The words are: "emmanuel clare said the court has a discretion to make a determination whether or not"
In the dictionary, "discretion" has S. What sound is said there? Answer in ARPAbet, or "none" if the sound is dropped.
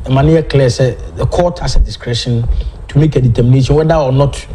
S